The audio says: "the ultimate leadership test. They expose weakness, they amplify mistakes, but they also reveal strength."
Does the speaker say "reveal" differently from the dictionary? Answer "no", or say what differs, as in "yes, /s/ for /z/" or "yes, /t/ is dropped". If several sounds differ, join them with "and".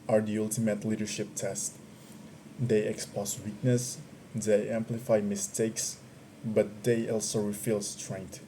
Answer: yes, /f/ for /v/